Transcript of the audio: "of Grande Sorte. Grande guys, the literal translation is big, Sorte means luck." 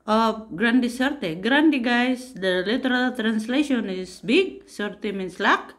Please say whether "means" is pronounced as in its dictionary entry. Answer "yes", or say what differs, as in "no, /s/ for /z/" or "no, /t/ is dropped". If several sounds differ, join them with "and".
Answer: no, /s/ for /z/